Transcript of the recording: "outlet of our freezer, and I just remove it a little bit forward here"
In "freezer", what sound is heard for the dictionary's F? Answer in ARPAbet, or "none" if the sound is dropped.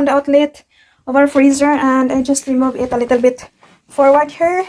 F